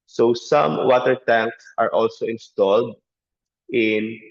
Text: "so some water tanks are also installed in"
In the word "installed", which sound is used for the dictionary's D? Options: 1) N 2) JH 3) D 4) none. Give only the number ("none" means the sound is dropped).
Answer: 3